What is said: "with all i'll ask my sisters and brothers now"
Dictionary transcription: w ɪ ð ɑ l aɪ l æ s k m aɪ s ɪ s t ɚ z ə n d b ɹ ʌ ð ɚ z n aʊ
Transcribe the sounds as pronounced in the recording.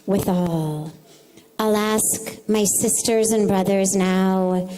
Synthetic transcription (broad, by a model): w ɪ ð ɑ l aɪ l æ s k m aɪ s ɪ s t ɚ z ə n b ɹ ʌ ð ɚ z n aʊ